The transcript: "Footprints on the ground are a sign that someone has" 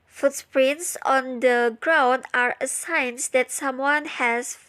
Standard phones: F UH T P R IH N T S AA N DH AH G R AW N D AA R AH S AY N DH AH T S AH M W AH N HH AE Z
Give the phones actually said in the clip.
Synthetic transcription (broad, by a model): F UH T P R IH N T S AA N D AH G R AW N D AA R AH S AY N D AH T S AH M W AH N HH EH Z